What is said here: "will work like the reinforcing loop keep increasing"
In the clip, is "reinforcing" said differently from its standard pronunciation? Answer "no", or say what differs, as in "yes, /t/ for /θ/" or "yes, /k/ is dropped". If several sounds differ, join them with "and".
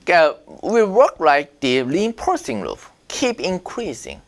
yes, /p/ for /f/